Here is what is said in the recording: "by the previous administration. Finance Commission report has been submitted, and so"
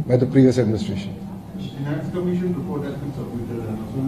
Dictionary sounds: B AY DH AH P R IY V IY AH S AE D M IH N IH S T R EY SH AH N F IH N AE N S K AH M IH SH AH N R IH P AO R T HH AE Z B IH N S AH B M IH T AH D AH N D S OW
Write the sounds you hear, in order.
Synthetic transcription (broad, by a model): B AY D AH P R IY V IY AH S AE D M IH N IH S T R EY SH AH N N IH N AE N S K AH M IH SH AH N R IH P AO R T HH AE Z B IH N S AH M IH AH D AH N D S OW